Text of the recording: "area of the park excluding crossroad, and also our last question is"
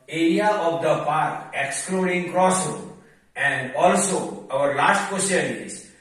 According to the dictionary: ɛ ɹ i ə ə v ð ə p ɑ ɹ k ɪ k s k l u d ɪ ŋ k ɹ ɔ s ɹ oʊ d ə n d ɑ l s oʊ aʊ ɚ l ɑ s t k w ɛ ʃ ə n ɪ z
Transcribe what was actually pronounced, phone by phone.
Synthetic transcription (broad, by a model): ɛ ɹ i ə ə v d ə p ɑ ɹ k ɪ k s k l u d ɪ ŋ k ɹ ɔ s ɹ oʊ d ə n d ɑ l s oʊ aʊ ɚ l ɑ t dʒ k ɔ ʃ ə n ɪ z